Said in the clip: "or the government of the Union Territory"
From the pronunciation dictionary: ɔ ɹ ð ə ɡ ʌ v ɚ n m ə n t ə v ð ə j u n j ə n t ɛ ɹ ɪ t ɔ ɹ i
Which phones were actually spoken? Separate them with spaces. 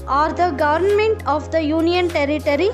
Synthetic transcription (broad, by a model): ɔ ɹ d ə ɡ ʌ v ɚ n m ə n t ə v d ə j u n j ə n t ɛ ɹ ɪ t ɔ ɹ i